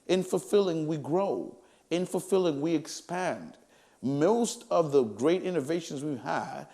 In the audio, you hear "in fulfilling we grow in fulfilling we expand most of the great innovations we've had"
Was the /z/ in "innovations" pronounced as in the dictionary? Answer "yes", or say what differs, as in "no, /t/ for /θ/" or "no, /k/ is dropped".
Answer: yes